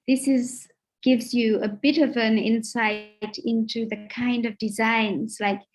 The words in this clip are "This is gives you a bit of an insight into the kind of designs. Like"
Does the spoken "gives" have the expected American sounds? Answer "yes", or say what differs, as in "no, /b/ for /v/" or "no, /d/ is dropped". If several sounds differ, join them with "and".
yes